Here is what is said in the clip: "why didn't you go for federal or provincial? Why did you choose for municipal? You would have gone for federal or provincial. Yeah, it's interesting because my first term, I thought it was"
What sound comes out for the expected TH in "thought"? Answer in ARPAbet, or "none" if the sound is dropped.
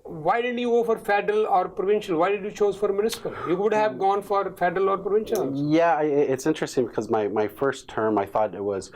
TH